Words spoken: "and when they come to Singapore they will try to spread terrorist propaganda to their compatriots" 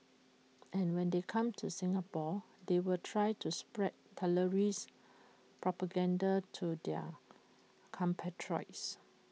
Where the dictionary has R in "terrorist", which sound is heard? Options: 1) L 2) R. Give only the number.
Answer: 1